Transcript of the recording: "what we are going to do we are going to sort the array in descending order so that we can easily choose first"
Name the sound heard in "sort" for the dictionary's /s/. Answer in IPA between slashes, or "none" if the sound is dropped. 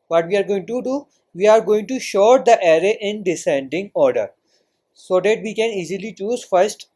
/ʃ/